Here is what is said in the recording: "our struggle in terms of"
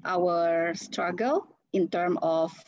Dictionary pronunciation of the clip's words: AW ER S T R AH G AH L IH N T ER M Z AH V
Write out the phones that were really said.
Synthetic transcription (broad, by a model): AW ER S T R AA G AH L IH N T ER M AH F